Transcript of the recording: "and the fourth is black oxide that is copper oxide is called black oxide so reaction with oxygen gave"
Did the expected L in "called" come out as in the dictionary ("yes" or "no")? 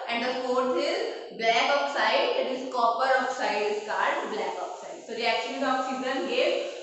no